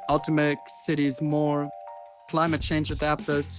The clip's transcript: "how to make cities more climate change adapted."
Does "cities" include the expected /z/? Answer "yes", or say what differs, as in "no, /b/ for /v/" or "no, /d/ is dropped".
yes